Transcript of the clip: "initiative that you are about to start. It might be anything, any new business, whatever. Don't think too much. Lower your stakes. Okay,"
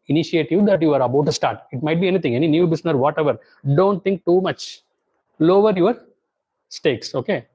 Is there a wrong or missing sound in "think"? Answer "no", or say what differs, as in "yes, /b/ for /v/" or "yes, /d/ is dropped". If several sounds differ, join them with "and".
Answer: yes, /t/ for /θ/